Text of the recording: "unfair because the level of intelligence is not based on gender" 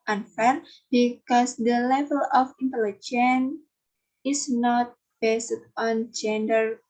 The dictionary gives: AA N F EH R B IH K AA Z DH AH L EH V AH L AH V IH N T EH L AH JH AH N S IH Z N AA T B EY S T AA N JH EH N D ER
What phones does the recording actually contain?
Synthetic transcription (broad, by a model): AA N F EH R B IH K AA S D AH L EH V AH L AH F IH N T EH L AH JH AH N IH S N AA T B EY S T AA N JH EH N D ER